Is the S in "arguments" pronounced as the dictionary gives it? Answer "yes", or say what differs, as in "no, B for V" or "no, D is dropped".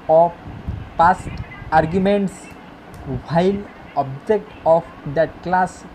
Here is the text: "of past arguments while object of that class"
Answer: yes